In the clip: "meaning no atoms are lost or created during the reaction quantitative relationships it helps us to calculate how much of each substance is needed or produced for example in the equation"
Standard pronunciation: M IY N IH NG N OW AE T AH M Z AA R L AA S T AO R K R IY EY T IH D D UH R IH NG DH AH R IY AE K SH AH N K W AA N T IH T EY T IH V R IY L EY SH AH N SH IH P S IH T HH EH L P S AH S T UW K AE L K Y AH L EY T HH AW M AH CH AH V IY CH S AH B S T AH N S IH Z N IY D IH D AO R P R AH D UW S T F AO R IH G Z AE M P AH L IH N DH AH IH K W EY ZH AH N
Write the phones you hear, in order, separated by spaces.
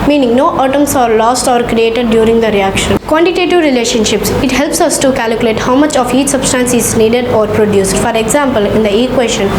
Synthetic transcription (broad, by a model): M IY N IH NG N OW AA T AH M S AA R L AA S T AO R K R IY EY T IH D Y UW R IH NG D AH R IY AE K SH AH N K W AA N T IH T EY T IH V R IY L EY SH AH N SH IH P S IH T HH EH L P S AH S T UW K AE L K Y AH L EY T HH AW M AH CH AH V IY CH S AH B S T AH N S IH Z N IY D IH D AO R P R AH D UW S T F AO R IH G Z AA M P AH L IH N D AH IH K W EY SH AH N